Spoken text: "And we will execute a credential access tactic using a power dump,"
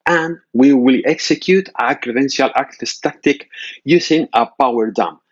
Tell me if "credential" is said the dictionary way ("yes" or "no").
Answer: yes